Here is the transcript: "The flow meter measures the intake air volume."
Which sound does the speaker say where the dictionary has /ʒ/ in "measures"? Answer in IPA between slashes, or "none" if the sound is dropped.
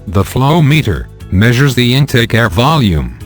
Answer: /ʒ/